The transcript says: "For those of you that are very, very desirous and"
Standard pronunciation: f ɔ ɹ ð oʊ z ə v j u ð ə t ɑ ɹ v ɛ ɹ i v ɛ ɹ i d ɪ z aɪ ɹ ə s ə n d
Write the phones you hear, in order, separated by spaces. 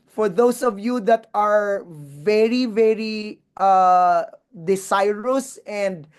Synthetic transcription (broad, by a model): f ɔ ɹ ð oʊ s ə v j u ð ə t ɑ ɹ v ɛ ɹ i v ɛ ɹ i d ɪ s aɪ ɹ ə s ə n d